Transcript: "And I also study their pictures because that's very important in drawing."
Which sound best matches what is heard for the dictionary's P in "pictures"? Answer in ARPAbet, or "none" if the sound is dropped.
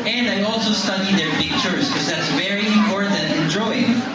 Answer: F